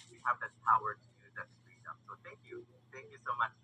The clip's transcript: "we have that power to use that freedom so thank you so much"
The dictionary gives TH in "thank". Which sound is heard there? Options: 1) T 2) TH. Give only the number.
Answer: 2